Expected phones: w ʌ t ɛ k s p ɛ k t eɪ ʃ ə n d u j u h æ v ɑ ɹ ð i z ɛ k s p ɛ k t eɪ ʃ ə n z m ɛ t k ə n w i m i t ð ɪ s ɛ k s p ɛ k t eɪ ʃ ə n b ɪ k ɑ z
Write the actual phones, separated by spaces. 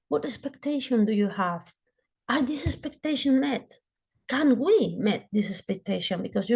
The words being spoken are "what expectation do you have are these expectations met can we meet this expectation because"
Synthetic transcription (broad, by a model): w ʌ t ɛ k s p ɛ k t eɪ ʃ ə n d u j u h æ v ɑ ɹ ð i s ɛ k s p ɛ k t eɪ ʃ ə n m ɛ t k ə n w i m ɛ t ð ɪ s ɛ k s p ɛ k t eɪ ʃ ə n b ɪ k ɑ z